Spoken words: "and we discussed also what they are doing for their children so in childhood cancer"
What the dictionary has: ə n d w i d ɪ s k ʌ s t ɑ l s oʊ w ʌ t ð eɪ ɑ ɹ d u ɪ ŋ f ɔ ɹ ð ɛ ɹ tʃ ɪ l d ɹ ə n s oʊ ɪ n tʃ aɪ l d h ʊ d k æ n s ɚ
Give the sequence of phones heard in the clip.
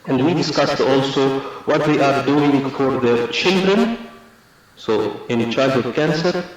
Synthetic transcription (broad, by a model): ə n d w i d ɪ s k ʌ s t ɑ l s oʊ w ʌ t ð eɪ ɑ ɹ d u ɪ ŋ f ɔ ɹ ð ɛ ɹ tʃ ɪ l d ɹ ə n s oʊ ɪ n tʃ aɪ d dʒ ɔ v k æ n s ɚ